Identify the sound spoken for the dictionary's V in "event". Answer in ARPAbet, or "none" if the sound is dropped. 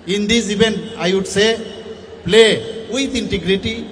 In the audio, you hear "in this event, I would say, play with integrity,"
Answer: B